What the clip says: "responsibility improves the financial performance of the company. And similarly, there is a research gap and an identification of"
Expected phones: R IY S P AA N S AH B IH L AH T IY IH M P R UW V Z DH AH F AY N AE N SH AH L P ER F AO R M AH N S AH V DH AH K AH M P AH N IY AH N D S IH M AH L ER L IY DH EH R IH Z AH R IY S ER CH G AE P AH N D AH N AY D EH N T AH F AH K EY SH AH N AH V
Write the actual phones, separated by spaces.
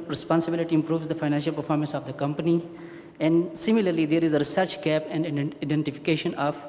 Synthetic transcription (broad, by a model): R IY S P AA N S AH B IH L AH T IY IH M P R UW V Z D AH F AY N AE N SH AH L P ER F AO R M AH N S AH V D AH K AH M P AH N IY AH N D S IH M AH L ER L IY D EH R IH Z AH R IY S ER CH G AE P AH N D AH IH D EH N T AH F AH K EY SH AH N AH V